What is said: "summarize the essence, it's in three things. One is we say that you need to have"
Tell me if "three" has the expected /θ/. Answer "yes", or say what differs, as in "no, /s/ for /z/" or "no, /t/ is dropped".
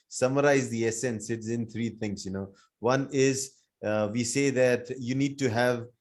no, /t/ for /θ/